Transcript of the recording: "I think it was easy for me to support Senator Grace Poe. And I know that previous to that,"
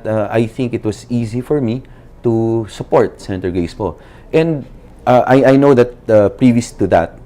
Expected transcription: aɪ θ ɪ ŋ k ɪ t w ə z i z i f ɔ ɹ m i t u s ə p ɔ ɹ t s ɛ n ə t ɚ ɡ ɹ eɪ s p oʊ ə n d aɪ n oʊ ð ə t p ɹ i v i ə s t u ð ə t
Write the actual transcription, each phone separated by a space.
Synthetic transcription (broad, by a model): aɪ θ ɪ ŋ k ɪ t w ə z i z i f ɔ ɹ m i t u s ə p ɔ ɹ t s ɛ n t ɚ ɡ eɪ s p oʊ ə n d aɪ n oʊ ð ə t p ɹ i v i ə s t u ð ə t